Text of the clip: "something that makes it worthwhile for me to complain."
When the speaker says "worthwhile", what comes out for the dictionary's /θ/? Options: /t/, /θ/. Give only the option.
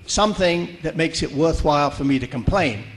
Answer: /θ/